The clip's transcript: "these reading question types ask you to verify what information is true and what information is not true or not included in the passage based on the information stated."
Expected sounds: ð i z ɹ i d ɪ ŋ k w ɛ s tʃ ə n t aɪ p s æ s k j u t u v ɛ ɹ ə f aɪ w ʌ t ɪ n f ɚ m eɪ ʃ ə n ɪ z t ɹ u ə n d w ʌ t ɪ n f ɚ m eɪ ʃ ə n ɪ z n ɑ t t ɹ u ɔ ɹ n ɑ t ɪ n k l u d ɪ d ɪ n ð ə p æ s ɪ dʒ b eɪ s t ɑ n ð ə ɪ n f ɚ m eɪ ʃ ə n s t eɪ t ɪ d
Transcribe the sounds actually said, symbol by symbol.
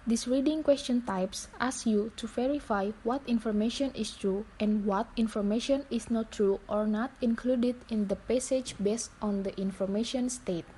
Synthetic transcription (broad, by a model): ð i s ɹ i d ɪ ŋ k w ɛ s tʃ ə n t aɪ p s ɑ s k j u t u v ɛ ɹ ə f aɪ w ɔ t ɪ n f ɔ m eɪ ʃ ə n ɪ s t ɹ u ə n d w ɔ t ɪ n f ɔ m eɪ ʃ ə n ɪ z n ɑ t t ɹ u ɔ ɹ n ɑ t ɪ n k l u d ɪ d ɪ n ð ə p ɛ s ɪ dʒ b eɪ s t ɑ n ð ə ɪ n f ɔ m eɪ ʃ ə n s t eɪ t